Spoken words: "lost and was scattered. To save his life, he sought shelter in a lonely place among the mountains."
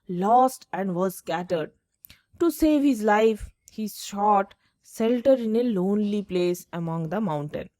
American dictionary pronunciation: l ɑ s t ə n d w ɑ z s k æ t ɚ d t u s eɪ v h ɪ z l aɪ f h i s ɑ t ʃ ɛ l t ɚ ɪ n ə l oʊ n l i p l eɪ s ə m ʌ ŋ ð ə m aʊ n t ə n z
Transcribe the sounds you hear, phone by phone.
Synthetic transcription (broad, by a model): l ɑ s t ə n d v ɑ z s k æ t ɚ d t u s eɪ v h ɪ z l aɪ f h i ʃ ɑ t s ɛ l t ɚ ɪ n ə l oʊ n l i p l eɪ s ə m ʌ ŋ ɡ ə m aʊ n t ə n